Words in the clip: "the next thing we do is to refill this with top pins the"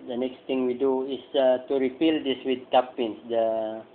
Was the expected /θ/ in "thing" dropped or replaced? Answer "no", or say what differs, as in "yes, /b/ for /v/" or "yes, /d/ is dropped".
yes, /t/ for /θ/